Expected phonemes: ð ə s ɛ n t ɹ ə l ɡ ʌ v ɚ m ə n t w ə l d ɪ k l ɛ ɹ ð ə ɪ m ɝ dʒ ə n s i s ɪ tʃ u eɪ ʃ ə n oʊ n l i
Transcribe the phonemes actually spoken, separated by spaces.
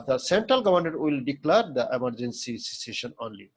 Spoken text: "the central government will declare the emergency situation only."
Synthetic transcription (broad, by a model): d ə s ɛ n t ɹ ə l ɡ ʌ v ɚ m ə t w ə l d ɪ k l ɛ ɹ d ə ɪ m ɝ dʒ ə n s i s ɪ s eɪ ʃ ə n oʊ n l i